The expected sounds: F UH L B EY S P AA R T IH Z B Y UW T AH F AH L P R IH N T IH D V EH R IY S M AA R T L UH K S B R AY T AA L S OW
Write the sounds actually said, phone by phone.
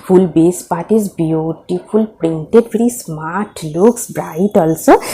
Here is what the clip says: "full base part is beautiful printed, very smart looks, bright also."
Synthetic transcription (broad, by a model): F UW L B EY S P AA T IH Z B Y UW T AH P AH L P R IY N T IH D P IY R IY S M AA R T L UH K S B R AY T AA L S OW